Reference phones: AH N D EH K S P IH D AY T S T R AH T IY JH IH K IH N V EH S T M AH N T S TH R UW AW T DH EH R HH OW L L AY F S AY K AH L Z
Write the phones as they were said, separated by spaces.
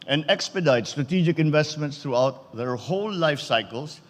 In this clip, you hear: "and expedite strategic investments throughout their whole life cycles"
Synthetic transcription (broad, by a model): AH N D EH K S P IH D AY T S T R AH T IY JH IH K IH N V EH S T M AH N T S T R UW AW T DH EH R HH OW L L AY F S AY K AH L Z